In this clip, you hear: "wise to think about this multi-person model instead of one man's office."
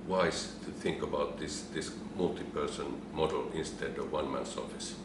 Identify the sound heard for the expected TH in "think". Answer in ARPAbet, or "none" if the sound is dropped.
TH